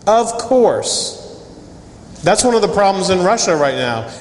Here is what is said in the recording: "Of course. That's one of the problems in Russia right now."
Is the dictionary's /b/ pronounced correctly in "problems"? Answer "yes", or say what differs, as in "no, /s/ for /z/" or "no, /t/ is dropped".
yes